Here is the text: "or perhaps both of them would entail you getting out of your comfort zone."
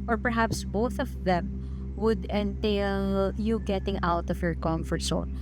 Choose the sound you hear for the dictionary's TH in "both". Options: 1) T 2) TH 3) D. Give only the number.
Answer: 2